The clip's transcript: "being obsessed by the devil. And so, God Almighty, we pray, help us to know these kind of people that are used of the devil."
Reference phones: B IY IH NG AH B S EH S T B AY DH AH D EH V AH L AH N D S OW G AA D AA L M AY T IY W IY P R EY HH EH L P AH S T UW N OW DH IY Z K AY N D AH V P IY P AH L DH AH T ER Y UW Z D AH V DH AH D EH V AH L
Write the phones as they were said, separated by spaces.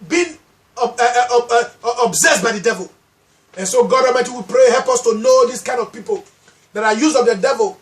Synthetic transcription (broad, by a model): B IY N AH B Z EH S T B AY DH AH D EH V AH L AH N S OW G AA D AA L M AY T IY W IY P R EY HH EH L P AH S T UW N OW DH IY S K AY N D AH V P IY P AH L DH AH T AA Y UW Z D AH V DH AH D EH V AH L